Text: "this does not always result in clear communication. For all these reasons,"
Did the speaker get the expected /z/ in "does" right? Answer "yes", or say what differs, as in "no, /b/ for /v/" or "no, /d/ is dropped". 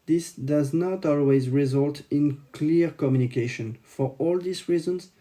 yes